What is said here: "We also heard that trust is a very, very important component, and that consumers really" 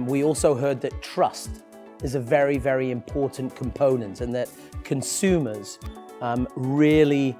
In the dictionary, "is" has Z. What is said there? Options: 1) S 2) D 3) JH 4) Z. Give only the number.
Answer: 4